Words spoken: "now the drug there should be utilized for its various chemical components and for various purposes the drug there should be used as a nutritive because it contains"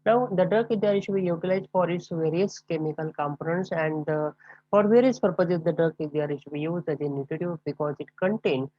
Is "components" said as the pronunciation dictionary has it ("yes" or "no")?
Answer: yes